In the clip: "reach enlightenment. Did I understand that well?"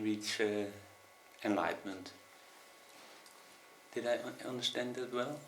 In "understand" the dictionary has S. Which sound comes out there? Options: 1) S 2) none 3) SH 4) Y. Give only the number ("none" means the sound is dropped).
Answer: 3